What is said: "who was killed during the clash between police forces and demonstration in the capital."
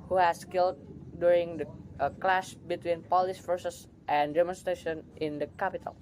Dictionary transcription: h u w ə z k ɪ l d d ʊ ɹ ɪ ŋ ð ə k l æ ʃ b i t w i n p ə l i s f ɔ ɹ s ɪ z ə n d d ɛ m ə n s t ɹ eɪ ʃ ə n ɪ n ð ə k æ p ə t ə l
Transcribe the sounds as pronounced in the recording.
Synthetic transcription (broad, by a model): h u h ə s k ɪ l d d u ɹ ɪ ŋ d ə k l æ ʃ b i t w i n p ə l i s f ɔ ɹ s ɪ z ə n d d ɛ m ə n s t ɹ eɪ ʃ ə n ɪ n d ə k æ p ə t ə l